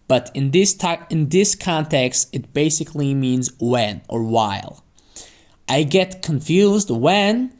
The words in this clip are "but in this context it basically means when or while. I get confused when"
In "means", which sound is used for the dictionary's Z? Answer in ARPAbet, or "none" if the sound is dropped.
Z